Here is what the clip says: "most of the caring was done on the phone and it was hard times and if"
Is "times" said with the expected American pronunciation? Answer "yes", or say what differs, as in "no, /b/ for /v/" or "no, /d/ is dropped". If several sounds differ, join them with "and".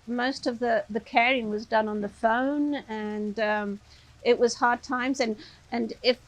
yes